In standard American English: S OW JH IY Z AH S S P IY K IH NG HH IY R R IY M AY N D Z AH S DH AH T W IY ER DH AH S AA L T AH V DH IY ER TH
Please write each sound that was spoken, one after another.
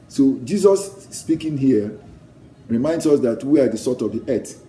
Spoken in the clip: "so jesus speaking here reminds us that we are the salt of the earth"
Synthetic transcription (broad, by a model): S OW JH IY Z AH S S P IY K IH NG HH IY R R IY M AY N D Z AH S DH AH T W IY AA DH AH S AA T AH V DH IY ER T